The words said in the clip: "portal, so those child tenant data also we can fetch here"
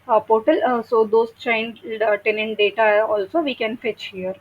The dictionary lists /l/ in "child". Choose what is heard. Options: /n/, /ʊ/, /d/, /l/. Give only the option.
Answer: /n/